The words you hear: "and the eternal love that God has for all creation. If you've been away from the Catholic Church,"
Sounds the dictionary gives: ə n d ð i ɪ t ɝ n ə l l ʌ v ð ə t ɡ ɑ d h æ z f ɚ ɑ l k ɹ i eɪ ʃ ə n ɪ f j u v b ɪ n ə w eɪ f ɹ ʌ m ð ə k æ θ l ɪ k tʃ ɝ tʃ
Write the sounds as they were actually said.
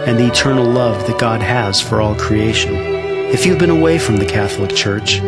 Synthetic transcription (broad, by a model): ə n ð i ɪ t ɝ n l l ʌ v ð ə t ɡ ɑ d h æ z f ɚ ɑ l k ɹ i eɪ ʃ ə n ɪ f j u v b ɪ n ə w eɪ f ɹ ʌ m ð ə k æ θ l ɪ k tʃ ɝ tʃ